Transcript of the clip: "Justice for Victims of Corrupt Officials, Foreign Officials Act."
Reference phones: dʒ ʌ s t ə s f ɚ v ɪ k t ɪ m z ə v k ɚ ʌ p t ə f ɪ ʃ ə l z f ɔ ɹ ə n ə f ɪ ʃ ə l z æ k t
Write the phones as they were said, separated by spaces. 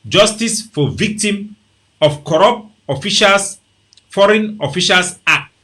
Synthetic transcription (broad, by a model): dʒ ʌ s t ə s f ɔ v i k t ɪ m ə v k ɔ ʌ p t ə f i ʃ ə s f ɔ ɹ ə n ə f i ʃ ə l s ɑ k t